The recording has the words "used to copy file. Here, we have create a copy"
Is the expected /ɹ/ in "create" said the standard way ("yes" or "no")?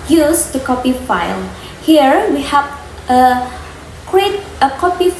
yes